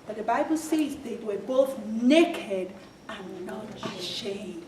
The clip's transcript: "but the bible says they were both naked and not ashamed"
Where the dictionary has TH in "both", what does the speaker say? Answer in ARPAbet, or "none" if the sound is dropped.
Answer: TH